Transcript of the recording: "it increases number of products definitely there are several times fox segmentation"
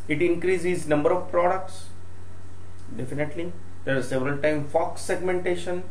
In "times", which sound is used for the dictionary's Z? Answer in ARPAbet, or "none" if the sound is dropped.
none